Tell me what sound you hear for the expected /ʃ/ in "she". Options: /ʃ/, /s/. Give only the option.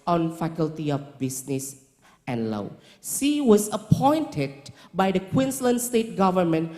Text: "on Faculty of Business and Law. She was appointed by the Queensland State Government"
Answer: /s/